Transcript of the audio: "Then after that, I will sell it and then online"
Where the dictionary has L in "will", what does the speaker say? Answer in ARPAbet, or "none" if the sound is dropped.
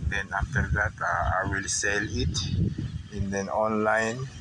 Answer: L